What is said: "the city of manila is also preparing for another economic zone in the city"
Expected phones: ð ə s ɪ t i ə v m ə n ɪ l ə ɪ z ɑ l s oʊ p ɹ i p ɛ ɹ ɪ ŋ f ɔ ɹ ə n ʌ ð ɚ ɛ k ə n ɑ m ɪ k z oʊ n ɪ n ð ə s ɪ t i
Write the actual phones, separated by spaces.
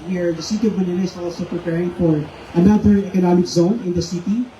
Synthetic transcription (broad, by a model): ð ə s ɪ t i ə v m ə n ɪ n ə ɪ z ɑ l s oʊ p ɹ i p ɛ ɹ ɪ ŋ f ɔ ɹ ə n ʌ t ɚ ɛ k ə n ɑ m ɪ k z oʊ n ɪ n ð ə s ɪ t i